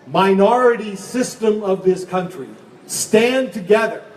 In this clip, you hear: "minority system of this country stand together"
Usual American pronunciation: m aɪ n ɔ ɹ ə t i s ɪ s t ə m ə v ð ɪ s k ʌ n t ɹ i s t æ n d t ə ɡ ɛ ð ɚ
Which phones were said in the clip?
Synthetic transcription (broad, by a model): m aɪ n ɔ ɹ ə t i s ɪ s t ə m ə v ð ɪ s k ʌ n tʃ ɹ i s t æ n t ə ɡ ɛ ð ɚ